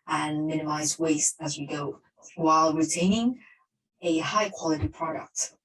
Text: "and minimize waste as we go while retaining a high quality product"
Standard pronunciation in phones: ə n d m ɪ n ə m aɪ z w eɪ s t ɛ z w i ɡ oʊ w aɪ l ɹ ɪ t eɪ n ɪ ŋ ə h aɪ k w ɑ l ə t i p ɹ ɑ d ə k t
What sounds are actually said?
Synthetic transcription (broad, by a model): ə n m ɪ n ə m aɪ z w eɪ s t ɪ z w i ɡ oʊ w aɪ l ɹ ɪ t eɪ n ɪ ŋ ə h aɪ k w ɑ l ə t i p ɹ ɑ d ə k t